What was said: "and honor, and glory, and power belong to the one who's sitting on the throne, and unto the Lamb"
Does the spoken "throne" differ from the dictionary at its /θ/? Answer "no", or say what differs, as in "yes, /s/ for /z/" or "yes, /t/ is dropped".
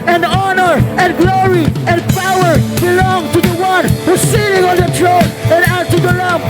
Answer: yes, /t/ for /θ/